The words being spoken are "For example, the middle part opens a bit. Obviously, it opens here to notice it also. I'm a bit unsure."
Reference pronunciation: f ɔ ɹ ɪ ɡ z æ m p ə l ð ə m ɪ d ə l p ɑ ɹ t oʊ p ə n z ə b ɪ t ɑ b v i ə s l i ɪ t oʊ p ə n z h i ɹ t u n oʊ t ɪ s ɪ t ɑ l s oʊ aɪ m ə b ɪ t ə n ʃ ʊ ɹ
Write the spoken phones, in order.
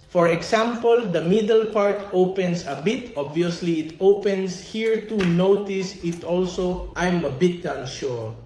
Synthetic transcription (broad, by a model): f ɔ ɹ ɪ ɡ s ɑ m p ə l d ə m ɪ d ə l p ɑ ɹ t oʊ p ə n s ə b ɪ t ɑ b v i ə s l i ɪ t oʊ p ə n s h i ɹ t u n oʊ t ɪ s ɪ t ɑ l s oʊ aɪ m ə b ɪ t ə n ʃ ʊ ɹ